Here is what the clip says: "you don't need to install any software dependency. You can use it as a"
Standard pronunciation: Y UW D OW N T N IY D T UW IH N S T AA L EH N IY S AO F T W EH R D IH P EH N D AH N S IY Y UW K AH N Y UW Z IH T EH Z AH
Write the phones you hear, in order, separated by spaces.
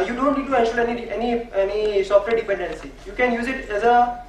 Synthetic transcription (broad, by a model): Y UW D OW N T N IY D T UW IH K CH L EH N EH N IY S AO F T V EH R D IH P EH N D AH N S IY Y UW K AH N Y UW Z IH T EH Z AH